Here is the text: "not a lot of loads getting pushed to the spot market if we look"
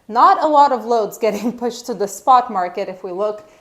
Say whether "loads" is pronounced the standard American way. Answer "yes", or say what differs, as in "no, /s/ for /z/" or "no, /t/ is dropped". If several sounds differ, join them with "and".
yes